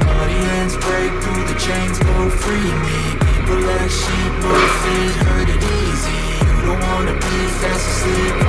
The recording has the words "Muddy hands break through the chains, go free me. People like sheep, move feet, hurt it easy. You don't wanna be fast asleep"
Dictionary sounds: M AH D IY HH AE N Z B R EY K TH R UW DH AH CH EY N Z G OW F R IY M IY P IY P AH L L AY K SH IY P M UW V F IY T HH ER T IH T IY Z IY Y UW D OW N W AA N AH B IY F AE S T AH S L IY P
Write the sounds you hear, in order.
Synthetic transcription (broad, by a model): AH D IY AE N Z B R EY K TH R UW DH AH CH EY N Z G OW F R IY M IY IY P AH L L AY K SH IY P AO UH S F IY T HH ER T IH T IY Z IY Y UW D OW N W AA N AH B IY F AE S AH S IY